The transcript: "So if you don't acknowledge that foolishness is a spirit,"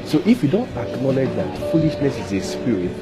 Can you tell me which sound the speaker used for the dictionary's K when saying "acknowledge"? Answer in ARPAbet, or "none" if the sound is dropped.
K